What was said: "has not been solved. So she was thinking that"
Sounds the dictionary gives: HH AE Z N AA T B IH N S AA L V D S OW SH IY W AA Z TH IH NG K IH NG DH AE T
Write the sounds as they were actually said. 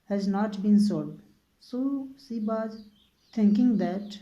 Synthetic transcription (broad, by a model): HH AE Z N AA T B IH N S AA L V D S OW S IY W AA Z T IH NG K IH NG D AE T